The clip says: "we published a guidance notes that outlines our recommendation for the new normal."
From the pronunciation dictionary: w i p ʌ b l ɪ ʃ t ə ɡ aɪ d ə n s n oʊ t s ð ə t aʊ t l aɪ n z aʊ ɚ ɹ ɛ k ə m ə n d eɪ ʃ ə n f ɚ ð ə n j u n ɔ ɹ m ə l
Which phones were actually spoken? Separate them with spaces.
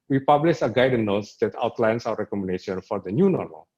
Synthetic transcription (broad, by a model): w i p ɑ b l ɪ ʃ ə ɡ aɪ d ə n n oʊ t s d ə t aʊ t l aɪ n s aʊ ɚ ɹ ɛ k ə m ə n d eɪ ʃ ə n f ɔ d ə n j u n ɔ ɹ m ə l